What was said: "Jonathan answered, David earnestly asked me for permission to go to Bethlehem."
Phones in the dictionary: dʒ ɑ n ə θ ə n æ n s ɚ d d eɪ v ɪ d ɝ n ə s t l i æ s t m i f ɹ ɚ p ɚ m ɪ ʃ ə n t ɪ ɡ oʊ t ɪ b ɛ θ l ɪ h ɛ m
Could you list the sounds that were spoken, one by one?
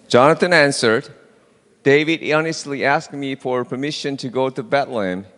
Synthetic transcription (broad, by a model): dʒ ɑ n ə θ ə n æ n s ɚ d d eɪ v ɪ d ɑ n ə s t l i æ s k m i f ɹ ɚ p ɚ m ɪ ʃ ə n t ɪ ɡ oʊ t ɪ b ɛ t l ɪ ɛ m